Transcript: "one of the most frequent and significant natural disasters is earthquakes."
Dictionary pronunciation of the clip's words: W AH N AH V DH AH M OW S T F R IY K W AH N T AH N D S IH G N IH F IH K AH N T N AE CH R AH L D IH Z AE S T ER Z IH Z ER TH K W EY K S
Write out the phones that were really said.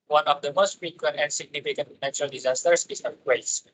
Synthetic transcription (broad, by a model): W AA N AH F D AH M OW S T F R IY K W AH N T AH N S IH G N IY F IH K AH N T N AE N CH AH L D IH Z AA S T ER S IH S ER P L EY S